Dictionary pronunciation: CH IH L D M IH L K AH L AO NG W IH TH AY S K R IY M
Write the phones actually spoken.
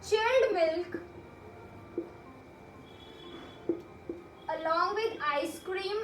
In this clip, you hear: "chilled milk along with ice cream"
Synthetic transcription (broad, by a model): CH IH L D M IH L K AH L AO NG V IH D AY S K R IY M